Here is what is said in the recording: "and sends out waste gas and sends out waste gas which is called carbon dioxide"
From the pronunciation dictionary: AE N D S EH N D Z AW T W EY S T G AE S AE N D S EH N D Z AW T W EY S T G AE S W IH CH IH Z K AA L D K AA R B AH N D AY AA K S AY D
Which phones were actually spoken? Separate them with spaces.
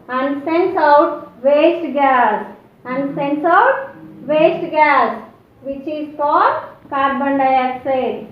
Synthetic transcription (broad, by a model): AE N D S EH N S AW T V EY S T G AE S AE N D S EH N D S AW T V EY S T G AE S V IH CH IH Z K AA D K AA R B AH N D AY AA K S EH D